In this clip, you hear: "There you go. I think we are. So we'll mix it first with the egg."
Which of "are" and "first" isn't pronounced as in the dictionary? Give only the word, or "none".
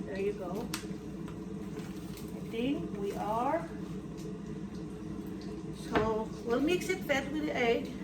first